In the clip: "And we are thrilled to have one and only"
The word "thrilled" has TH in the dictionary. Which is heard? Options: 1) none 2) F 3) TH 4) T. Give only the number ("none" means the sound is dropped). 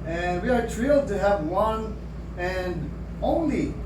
4